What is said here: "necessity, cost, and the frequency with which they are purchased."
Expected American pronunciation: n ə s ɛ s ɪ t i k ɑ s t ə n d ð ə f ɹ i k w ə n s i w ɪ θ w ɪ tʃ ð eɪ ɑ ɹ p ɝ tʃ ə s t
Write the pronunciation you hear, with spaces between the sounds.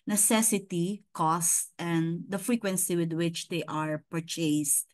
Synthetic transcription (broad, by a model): n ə s ɛ s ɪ t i k ɑ s t ə n d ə f ɹ i k w ə n s i w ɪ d w ɪ tʃ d eɪ ɑ ɹ p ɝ tʃ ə s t